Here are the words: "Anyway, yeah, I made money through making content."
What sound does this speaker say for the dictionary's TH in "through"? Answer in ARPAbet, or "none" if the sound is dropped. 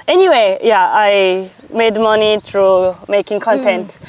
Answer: T